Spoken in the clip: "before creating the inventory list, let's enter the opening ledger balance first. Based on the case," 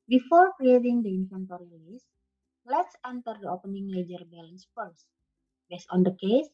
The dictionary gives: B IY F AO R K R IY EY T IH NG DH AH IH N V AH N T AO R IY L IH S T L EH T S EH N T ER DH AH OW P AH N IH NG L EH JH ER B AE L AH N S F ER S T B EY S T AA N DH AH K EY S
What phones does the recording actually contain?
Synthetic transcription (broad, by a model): B IY F AO R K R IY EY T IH NG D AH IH N F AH N T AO R IY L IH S L EH T S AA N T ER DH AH OW P AH N IH NG L EH JH ER B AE L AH N S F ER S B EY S AA N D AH K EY S